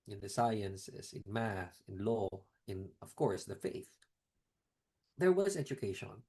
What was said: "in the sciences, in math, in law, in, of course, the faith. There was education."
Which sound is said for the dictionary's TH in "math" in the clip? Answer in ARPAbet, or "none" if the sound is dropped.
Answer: S